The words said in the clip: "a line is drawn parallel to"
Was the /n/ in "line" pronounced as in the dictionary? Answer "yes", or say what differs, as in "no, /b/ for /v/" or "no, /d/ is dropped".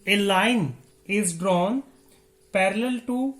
yes